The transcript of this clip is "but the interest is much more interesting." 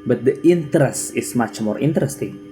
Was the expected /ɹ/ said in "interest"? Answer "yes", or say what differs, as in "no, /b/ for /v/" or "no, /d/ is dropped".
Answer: yes